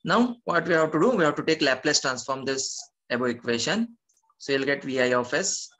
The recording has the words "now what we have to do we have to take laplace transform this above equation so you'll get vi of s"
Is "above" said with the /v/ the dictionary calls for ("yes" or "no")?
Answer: no